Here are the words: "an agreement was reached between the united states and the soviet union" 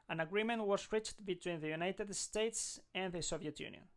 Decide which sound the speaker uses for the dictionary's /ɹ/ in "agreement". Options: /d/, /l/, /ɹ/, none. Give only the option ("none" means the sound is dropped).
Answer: /ɹ/